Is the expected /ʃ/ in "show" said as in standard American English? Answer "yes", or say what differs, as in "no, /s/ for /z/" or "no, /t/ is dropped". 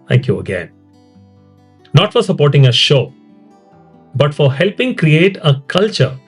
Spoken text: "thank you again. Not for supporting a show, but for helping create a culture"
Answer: yes